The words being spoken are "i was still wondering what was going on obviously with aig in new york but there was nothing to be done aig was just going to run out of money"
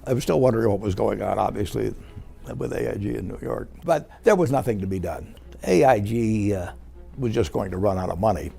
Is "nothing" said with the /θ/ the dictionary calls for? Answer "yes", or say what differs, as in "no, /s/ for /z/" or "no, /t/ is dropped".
yes